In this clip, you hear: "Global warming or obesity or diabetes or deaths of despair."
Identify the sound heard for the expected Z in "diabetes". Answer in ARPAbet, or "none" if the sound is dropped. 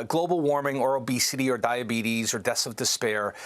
Z